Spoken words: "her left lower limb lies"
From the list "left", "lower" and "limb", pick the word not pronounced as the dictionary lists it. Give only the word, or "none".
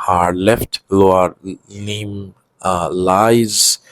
limb